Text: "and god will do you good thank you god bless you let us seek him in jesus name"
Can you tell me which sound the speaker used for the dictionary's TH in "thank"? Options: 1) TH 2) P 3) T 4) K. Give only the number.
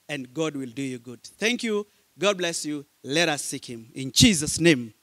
1